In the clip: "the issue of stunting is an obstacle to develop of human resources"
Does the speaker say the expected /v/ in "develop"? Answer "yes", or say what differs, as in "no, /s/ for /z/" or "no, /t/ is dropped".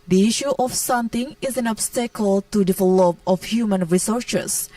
no, /f/ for /v/